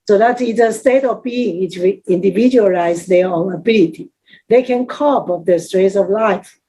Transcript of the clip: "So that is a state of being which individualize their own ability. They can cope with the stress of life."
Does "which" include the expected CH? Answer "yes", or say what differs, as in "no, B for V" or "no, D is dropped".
no, CH is dropped